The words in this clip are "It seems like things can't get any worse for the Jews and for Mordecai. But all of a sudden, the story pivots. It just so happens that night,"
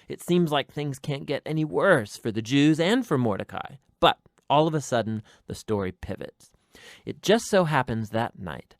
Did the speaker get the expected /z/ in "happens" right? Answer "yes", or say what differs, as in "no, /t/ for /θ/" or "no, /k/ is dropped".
yes